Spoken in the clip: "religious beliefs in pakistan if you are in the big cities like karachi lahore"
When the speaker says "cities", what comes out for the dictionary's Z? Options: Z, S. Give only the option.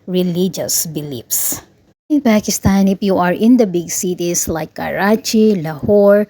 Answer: S